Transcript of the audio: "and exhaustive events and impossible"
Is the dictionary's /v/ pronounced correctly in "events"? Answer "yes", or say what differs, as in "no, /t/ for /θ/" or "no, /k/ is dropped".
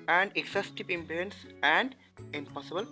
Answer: no, /p/ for /v/